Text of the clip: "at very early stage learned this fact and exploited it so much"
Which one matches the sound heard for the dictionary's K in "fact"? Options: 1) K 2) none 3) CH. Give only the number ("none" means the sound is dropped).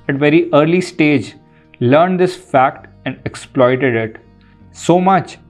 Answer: 1